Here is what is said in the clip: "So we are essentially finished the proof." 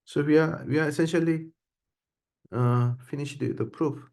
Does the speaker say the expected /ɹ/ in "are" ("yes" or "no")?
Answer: no